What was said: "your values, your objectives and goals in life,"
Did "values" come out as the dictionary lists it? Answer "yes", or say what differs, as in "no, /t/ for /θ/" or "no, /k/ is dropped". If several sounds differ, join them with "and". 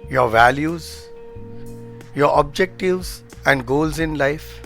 yes